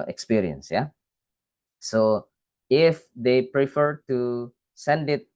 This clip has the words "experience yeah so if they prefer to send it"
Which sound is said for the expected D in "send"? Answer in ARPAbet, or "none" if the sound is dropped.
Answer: D